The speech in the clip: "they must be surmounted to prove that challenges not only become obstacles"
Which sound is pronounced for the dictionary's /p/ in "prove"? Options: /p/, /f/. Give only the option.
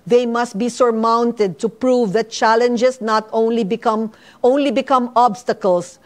/p/